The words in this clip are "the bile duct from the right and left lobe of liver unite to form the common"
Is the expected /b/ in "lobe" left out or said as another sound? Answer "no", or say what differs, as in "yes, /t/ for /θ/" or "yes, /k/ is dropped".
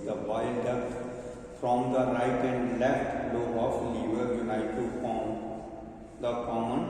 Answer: yes, /b/ is dropped